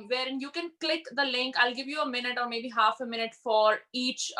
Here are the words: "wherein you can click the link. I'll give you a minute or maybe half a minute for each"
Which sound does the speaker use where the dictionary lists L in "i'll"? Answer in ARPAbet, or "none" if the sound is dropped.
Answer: L